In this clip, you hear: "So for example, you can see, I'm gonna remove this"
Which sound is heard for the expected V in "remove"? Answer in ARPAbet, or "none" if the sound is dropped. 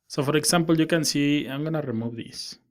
B